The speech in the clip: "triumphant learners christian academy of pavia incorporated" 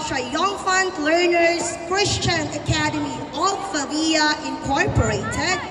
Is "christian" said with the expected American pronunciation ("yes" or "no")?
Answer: yes